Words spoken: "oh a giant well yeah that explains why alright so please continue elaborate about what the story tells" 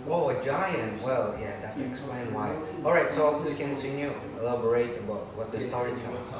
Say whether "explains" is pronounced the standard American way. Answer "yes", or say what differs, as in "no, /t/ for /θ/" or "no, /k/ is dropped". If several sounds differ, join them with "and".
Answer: no, /z/ is dropped